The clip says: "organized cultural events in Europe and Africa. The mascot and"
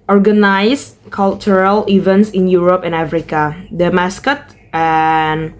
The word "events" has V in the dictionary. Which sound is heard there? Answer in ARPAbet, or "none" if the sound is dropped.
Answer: V